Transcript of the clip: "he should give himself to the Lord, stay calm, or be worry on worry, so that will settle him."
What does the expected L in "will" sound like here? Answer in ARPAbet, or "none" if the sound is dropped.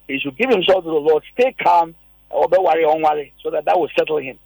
W